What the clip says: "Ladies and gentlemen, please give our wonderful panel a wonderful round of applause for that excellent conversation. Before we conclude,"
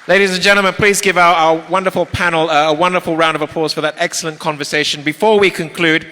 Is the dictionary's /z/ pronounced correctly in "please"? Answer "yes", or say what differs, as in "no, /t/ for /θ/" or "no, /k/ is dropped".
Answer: yes